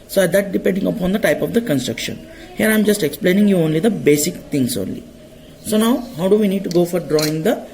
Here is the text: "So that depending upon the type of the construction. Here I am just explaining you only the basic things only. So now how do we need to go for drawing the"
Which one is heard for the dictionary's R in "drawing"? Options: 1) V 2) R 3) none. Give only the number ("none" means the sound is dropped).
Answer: 2